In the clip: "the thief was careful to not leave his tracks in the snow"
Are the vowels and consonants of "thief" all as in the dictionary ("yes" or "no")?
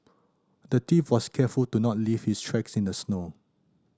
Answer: no